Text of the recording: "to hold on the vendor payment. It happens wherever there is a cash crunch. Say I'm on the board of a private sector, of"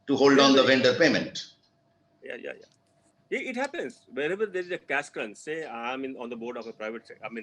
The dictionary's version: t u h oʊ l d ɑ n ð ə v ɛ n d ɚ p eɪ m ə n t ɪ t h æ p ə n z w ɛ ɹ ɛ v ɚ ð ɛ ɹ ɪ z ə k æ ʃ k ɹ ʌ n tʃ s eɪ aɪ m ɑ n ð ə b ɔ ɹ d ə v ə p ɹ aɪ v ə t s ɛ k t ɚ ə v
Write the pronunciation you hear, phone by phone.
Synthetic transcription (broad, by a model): t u h oʊ l d ɑ n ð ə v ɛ n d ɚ p eɪ m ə n t ɪ t h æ p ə n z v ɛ ɹ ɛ v ɚ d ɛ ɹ ɪ z ə k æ s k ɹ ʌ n s eɪ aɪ m ɑ n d ə b ɔ ɹ d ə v ə p ɹ aɪ v ə t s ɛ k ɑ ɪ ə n